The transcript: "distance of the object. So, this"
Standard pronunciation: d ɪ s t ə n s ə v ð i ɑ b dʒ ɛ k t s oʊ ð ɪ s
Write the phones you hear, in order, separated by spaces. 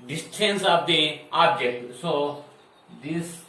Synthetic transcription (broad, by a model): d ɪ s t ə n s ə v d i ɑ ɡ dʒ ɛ t s oʊ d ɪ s